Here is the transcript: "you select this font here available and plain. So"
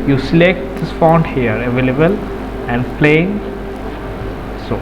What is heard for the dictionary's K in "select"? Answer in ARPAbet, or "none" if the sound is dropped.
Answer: K